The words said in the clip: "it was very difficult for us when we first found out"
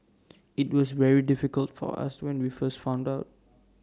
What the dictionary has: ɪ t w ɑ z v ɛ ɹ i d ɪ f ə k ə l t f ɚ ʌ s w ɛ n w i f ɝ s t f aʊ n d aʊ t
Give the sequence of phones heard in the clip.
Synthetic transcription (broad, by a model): ɪ t w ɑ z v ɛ ɹ i d ɪ f ə k ə l t f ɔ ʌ s w ɛ n w i f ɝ s t f aʊ n d aʊ t